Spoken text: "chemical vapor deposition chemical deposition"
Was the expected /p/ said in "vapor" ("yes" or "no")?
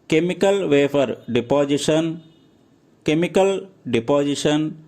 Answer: no